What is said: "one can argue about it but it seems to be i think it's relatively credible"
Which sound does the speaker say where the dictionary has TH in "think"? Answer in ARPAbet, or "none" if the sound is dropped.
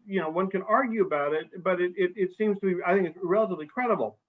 TH